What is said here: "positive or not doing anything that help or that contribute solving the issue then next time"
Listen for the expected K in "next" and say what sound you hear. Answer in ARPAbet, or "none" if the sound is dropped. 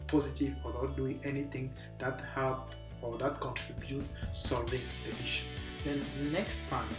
K